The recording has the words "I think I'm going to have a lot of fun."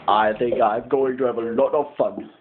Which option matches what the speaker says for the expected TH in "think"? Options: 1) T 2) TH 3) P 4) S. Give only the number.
2